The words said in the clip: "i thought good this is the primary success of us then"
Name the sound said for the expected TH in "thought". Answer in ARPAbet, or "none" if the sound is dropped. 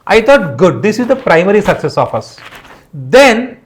T